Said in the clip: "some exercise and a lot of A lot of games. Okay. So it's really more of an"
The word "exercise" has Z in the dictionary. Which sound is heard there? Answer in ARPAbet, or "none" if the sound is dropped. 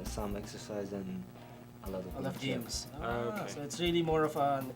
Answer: Z